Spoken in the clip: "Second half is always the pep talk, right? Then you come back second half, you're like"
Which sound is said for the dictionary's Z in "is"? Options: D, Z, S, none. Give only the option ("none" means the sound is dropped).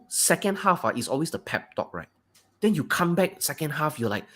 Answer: S